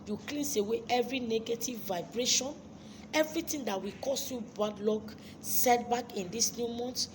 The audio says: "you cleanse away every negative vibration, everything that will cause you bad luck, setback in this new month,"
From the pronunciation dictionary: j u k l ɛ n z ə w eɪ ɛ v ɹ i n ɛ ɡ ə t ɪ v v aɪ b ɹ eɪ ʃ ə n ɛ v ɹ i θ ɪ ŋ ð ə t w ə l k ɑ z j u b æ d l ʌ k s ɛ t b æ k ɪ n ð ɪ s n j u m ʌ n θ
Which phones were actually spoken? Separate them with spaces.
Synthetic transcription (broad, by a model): j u k l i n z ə w eɪ ɛ v ɹ i n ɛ ɡ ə t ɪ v v aɪ b ɹ eɪ ʃ ə n ɛ v ɹ i t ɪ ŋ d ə t w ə k ɑ s j u b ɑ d l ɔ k s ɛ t b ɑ k ɪ n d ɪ s n j u m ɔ n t